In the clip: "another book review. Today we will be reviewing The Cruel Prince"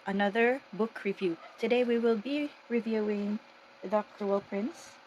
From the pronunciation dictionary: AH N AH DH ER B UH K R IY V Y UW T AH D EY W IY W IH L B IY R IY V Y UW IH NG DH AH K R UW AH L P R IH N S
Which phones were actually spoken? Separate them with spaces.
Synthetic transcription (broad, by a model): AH N AH DH ER B UH K R IY V Y UW T AH D EY W IY W IH L B IY R IY V Y UW IH NG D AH K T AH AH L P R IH N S